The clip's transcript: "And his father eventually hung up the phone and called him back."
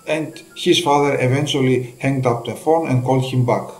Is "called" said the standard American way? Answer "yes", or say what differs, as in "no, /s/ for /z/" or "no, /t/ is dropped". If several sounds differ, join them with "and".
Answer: yes